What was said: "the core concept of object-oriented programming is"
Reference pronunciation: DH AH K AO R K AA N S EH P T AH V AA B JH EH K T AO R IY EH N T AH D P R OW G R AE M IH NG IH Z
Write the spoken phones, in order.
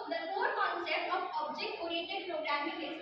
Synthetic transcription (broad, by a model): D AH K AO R K AA N S EH P T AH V AA B JH EH K T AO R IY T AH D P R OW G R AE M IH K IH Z